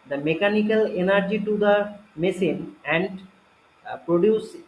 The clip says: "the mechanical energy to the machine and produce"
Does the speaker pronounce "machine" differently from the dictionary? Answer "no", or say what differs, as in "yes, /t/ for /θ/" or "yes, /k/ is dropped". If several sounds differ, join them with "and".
yes, /s/ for /ʃ/